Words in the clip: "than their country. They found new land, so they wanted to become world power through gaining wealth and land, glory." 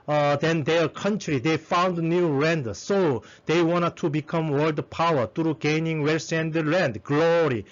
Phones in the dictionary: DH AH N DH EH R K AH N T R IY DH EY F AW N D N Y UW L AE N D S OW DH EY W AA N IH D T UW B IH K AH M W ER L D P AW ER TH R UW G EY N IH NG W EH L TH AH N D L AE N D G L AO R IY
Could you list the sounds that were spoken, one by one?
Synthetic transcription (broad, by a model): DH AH N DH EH K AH N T R IY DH EY F AW N D N Y UW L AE N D S OW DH EY W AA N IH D T UW B IH K AH M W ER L D P AW ER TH R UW G EY N IH NG W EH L S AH N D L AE N D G L AO R IY